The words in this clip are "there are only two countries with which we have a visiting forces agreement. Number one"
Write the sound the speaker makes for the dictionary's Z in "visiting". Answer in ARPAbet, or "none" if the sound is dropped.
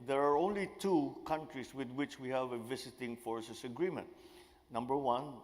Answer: S